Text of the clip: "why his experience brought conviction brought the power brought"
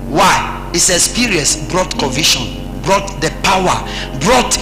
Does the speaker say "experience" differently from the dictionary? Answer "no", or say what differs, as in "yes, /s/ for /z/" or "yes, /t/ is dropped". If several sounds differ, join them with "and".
yes, /k/ is dropped and /n/ is dropped